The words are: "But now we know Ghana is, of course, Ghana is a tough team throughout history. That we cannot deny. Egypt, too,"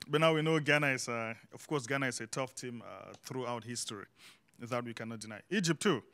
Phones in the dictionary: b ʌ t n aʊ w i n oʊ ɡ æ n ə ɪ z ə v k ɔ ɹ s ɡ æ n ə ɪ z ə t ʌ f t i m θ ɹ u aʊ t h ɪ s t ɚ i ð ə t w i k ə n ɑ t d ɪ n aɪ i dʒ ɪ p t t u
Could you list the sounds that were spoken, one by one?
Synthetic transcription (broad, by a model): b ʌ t n aʊ w i n oʊ ɡ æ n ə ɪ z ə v k ɔ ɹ s ɡ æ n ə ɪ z ə t ʌ f t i m θ ɹ u aʊ t h ɪ s t ɚ i ð ə t w i k ə n ɑ t d ɪ n aɪ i dʒ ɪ p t t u